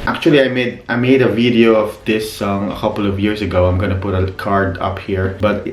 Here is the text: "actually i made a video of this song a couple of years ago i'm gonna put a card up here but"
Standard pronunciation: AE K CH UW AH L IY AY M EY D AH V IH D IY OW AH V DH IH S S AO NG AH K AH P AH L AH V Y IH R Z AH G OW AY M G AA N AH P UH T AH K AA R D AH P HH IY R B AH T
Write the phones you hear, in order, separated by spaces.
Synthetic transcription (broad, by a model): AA K CH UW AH L IY AY M EY D AH V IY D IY OW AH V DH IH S S AO NG AH K AH P AH L AH V Y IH R S AH G OW AY M G AA N AH P UH T AH K AA R D AH P HH IY R B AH T